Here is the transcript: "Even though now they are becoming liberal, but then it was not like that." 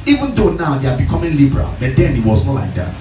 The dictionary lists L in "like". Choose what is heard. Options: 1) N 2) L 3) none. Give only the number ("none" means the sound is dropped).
2